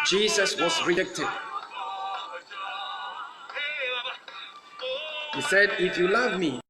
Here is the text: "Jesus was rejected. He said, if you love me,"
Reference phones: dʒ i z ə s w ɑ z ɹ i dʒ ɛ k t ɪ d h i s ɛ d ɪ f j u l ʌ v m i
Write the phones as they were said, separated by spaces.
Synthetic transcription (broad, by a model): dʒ i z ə s w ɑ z ɹ i dʒ ɛ k t ɪ d h i s ɛ d ɪ f j u l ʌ v m i